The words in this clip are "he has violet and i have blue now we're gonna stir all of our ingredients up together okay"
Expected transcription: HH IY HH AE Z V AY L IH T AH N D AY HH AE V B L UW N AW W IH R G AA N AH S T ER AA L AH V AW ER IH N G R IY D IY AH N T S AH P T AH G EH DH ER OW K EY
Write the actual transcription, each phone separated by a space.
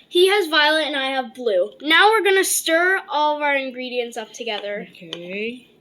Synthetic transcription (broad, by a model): HH IY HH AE Z V AY L IH T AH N AY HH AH V B L UW N AW W IH R G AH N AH S T ER AA L AH V AW ER IH N G R IY D IY AH N T S AH P T AH G EH DH ER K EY